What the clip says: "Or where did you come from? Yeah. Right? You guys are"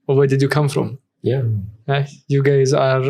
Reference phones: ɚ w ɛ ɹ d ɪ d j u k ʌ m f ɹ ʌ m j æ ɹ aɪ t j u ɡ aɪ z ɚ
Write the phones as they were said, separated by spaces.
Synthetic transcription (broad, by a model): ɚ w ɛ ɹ d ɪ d j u k ʌ m f ɹ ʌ m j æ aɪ j u ɡ aɪ z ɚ